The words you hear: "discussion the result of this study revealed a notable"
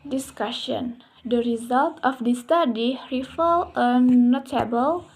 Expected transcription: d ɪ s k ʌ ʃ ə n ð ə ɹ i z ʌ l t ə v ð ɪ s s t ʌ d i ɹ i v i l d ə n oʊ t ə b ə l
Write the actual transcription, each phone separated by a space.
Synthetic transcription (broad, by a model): d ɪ s k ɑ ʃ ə n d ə ɹ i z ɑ l t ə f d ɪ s s t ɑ d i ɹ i f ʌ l ə n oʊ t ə b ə l